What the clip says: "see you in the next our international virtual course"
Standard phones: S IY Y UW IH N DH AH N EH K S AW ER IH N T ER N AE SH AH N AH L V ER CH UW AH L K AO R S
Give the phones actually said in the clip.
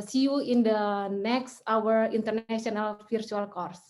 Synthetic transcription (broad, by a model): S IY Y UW IH N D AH N EH K S AW ER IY N T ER N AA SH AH N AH L F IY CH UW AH L K AO R S